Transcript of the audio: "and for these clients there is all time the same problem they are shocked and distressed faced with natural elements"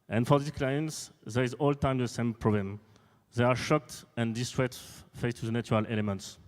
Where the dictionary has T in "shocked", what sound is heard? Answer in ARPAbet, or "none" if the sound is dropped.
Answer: T